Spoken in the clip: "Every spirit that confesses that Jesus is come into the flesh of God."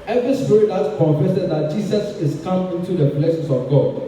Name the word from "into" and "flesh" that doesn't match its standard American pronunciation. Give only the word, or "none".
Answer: flesh